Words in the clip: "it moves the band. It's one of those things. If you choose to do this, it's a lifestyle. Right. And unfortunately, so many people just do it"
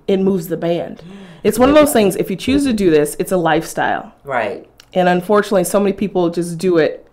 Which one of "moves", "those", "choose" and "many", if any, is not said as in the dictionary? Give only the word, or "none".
none